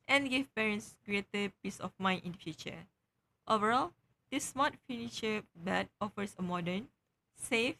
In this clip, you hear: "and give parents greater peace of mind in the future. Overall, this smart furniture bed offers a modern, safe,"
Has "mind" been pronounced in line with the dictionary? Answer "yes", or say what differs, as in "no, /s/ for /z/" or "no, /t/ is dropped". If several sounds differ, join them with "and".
no, /d/ is dropped